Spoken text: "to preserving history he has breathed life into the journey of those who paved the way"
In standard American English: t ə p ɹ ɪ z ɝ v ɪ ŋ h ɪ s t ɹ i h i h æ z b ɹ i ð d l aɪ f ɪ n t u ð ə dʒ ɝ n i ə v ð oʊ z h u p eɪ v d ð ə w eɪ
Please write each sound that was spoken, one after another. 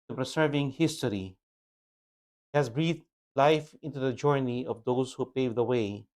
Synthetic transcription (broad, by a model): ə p ɹ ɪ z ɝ v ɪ ŋ h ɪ s t i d i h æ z b ɹ i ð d l aɪ f ɪ n t u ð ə dʒ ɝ n i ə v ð oʊ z h u p eɪ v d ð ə w eɪ